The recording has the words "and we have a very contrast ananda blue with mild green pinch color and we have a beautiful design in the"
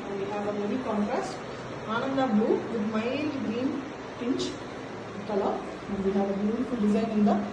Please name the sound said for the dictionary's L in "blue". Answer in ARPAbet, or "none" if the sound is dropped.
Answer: none